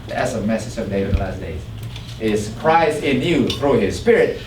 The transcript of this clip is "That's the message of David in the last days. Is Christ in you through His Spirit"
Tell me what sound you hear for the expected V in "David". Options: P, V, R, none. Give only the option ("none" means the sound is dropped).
none